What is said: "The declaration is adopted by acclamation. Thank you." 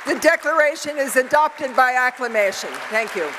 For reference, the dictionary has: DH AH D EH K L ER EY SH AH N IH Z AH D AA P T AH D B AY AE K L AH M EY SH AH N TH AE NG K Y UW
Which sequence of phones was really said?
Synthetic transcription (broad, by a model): DH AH D EH K L ER EY SH AH N IH Z AH D AA P T AH D B AY AE K L AH M EY SH AH N TH AE NG K Y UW